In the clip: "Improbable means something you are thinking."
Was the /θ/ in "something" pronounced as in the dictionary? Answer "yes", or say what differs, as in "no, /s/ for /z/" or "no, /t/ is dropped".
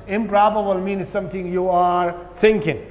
no, /t/ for /θ/